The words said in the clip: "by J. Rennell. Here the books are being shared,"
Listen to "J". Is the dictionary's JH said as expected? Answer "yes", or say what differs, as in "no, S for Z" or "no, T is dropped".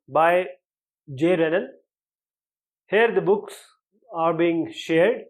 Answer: yes